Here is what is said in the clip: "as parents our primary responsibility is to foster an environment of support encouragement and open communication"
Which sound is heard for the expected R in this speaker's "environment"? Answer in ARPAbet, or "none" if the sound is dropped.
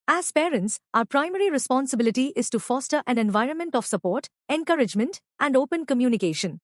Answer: R